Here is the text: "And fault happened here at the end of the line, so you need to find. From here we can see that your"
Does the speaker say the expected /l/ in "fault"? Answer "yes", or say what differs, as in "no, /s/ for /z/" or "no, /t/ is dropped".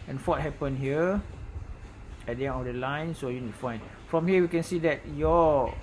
no, /l/ is dropped